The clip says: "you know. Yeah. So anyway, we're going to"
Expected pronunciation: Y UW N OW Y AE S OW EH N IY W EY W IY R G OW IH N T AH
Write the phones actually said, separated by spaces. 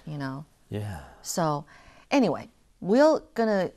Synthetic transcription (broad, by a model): Y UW N OW Y AE S OW EH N IY W EY W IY L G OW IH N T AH